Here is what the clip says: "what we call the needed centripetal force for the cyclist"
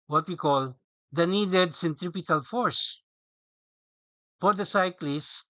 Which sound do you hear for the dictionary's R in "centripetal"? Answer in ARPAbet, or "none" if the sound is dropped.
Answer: R